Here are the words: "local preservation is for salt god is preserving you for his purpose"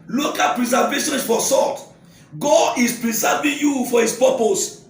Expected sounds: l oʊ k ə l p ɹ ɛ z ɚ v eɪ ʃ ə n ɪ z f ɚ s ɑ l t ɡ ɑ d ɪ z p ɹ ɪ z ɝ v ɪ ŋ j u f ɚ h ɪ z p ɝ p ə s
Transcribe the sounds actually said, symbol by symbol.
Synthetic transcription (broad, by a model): l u k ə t p ɹ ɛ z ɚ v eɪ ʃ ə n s f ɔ s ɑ t ɡ ɑ d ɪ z p ɹ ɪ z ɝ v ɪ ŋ j u f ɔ h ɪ s p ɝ p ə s